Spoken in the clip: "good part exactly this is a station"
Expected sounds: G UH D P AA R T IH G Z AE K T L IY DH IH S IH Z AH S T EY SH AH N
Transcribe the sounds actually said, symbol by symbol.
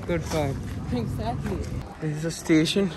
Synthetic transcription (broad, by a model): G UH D F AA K IH G Z AE K T L IY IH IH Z AH S T EY SH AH N